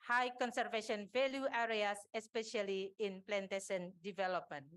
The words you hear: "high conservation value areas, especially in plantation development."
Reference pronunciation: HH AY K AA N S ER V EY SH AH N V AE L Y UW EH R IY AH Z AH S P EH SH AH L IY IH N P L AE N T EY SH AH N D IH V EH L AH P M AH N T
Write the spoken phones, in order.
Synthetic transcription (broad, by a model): HH AY K AA N S ER V EY SH AH N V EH L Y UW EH R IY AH S AH S P EH SH AH L IY IH N P L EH N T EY S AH N D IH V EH L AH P M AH N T